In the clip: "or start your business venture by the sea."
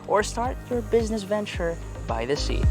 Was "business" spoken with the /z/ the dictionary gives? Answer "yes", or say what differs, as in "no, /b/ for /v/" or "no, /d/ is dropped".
yes